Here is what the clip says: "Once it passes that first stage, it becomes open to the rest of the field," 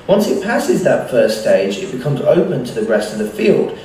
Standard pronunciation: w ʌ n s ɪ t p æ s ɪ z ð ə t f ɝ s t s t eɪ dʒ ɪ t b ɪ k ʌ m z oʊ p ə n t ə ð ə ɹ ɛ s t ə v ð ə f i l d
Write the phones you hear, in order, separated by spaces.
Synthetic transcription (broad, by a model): w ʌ n s ɪ t p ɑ s ɪ z ð ə t f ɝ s s t eɪ dʒ ɪ t b ɪ k ʌ m z oʊ p ə n t ə ð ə ɹ ɛ s t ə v ð ə f i l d